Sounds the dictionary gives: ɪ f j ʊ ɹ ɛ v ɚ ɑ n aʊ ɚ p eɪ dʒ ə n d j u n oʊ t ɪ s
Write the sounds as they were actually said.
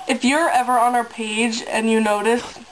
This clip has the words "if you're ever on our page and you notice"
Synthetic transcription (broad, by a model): ɪ f j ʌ ɹ ɛ v ɚ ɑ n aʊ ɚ p eɪ dʒ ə n j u n oʊ t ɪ s